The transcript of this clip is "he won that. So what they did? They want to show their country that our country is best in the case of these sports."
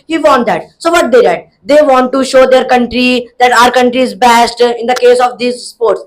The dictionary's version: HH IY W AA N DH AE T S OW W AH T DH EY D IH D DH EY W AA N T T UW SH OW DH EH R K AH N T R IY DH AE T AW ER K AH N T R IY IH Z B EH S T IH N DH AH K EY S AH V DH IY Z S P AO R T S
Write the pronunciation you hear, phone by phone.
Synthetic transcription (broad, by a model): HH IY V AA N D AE T S OW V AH T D EY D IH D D EY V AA N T T UW SH OW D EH R K AH N T R IY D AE T AW ER K AH N T R IY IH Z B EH S T IH N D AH K EY S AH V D IY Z S P AO R T S